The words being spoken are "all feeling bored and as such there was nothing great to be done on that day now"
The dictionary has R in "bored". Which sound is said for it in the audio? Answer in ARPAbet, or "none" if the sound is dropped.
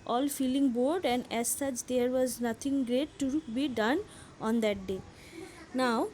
R